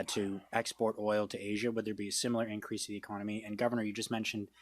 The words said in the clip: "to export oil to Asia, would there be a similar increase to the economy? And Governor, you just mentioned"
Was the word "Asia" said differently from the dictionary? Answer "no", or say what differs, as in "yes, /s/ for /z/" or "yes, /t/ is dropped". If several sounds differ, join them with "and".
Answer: no